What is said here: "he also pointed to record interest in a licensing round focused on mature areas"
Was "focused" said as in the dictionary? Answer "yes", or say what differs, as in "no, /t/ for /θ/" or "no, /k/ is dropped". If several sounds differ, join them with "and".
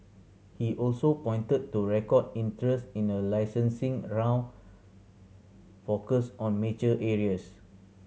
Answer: no, /t/ is dropped